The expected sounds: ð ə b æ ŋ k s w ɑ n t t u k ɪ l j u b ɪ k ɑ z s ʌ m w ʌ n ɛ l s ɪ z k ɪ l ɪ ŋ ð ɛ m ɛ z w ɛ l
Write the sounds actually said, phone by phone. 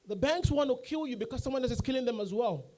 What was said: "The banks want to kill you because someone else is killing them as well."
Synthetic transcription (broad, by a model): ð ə b æ ŋ k s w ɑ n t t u k ɪ l j u b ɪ k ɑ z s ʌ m w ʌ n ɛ s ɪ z k ɪ l ɪ ŋ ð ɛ m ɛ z w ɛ l